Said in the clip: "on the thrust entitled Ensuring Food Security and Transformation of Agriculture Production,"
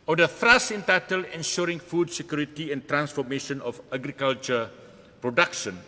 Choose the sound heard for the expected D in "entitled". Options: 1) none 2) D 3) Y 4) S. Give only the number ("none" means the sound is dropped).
1